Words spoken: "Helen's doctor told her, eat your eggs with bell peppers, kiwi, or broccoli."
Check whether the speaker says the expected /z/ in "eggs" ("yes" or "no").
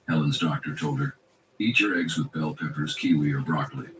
yes